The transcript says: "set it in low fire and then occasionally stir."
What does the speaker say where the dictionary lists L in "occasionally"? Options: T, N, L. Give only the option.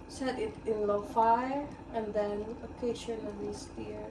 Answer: N